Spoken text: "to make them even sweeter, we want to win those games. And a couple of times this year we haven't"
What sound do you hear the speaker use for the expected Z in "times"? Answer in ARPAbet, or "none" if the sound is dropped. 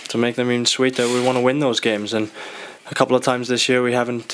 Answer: Z